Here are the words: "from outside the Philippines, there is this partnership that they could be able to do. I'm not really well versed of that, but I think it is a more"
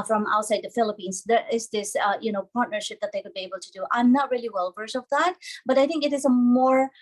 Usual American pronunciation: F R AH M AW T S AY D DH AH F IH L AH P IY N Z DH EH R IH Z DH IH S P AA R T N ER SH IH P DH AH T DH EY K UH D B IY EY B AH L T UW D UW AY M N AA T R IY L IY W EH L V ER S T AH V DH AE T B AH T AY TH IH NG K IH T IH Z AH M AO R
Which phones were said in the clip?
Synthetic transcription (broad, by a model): F R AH M AW T S AY D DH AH F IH L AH P IY N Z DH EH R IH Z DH IH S P AA R T N ER SH IH P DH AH T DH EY K UH D B IY EY B AH L T UW D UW AY M N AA T R IY L IY W EH L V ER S AH V DH AE T B AH T AY TH IH NG K IH T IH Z AH M AO R